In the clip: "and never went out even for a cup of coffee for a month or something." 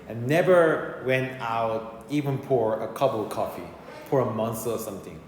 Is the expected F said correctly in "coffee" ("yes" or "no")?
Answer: yes